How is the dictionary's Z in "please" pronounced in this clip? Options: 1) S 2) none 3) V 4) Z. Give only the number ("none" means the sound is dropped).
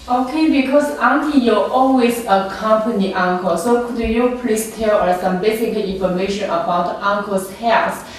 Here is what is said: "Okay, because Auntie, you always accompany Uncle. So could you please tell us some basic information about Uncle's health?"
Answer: 1